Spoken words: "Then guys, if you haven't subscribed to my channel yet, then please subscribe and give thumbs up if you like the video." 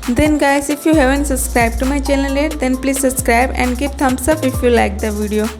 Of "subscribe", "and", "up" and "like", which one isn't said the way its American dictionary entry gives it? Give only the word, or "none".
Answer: up